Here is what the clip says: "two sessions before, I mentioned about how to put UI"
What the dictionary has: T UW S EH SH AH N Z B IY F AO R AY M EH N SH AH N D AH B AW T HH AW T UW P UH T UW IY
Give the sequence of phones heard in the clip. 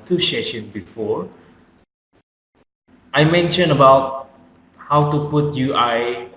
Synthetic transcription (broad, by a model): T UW SH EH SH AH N B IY F AO AY M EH N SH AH N AH B AW T HH AW T UW P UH T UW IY